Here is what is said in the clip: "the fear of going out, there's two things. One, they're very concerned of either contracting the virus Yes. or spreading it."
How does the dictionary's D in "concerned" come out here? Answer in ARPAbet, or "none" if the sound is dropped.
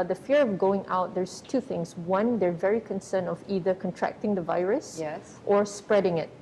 none